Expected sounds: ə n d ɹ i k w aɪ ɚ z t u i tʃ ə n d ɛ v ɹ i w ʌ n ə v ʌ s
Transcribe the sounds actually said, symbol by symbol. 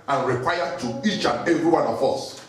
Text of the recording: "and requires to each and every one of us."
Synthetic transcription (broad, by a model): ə n ɹ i k w aɪ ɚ t u i tʃ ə n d ɛ v ɹ i w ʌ n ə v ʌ s